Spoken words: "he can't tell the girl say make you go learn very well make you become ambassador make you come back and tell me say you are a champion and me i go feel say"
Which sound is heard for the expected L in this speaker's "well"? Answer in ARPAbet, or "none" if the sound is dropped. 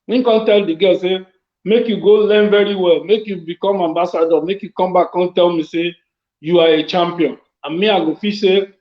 L